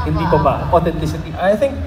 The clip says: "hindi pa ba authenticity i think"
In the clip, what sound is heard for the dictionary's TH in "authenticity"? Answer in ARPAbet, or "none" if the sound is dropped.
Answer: T